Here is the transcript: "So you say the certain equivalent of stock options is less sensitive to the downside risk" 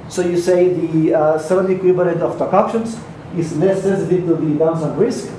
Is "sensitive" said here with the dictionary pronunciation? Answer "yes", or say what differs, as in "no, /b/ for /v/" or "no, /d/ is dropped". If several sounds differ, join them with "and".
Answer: no, /n/ is dropped